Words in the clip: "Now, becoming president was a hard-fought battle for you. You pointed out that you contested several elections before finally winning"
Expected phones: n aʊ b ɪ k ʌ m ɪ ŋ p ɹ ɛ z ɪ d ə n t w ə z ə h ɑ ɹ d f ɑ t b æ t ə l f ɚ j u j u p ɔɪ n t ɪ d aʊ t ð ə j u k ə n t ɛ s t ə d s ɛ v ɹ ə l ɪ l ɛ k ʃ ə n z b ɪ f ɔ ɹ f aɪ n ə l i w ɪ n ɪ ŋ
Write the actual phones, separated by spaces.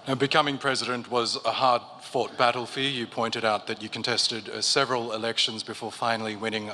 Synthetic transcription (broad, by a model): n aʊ b ɪ k ʌ m ɪ ŋ p ɹ ɛ z ɪ d ə n t w ə z ə h ɑ ɹ d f ɑ t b æ t l f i j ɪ p ɔɪ n t ɪ d aʊ t ð ə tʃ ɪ k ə n t ɛ s t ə d s ɛ v ɹ ə l ɪ l ɛ k ʃ ə n z b ɪ f ɔ ɹ f aɪ n l i w ɪ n ɪ ŋ